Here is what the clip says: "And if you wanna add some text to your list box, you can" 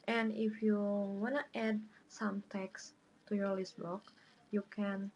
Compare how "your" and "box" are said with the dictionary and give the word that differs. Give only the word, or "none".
box